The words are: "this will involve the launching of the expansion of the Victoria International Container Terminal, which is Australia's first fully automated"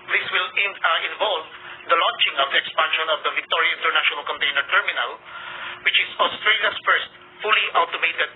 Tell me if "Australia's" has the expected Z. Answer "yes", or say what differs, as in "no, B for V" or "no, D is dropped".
no, S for Z